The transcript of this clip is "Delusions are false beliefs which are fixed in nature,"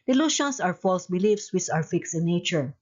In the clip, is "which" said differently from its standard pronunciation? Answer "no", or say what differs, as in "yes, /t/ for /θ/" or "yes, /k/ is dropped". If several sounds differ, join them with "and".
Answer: yes, /s/ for /tʃ/